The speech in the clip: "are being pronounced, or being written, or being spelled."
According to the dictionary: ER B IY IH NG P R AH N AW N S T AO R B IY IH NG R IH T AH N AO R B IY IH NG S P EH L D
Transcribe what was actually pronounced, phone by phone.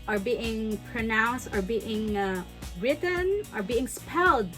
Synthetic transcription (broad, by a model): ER B IY IH NG P R AH N AW N S T AO R B IY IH NG R IH T AH N AO R B IY IH NG S P EH L D